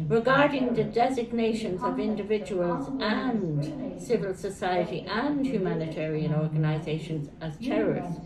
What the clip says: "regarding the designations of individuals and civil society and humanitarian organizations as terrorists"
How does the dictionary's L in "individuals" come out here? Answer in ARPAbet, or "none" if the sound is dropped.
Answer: L